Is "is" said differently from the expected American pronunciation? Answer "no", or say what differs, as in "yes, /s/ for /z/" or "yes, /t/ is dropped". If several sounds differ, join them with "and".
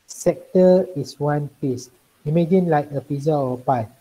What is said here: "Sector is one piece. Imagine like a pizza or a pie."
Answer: yes, /s/ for /z/